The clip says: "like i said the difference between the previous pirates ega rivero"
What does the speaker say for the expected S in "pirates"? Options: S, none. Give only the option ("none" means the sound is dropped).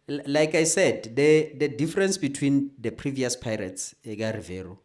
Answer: S